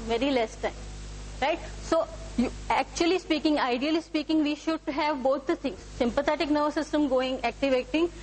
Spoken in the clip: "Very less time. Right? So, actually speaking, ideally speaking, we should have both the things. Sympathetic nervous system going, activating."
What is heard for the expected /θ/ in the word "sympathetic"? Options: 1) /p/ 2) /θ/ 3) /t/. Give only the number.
3